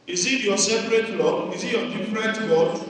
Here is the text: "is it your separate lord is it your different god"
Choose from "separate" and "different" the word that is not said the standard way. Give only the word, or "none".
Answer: different